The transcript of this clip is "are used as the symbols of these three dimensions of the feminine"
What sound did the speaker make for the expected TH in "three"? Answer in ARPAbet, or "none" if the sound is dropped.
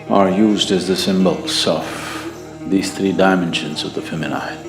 TH